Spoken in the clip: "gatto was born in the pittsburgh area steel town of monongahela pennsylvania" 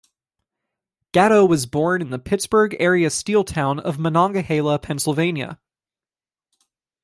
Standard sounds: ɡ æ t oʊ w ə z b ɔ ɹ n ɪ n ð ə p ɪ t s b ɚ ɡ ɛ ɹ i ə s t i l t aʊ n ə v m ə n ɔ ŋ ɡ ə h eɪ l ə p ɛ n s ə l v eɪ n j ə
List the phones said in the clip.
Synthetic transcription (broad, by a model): ɡ æ t oʊ w ə z b ɔ ɹ n ɪ n ð ə p ɪ t s b ɚ ɡ ɛ ɹ i ə s t i l t aʊ n ə v m ə n ɔ ŋ ɡ ə h eɪ l ə p ɛ n s l v eɪ n j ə